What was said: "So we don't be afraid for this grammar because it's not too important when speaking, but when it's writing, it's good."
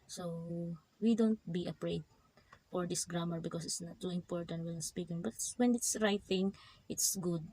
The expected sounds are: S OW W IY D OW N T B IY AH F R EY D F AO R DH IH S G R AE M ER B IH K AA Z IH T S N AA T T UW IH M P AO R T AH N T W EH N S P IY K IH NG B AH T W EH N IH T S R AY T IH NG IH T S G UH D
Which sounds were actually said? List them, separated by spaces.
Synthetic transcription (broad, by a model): S OW W IY D OW N T B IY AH P R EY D F AO R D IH S G R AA M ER B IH K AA S IH T S N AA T T UW IH M P AO R T AH N T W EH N S P IY K IH NG B AH T W EH N IH T S R AY T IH NG IH T S G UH D